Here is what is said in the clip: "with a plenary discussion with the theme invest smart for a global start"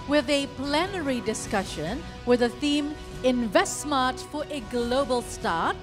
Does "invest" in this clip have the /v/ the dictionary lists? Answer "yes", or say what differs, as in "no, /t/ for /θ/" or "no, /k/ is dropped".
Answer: yes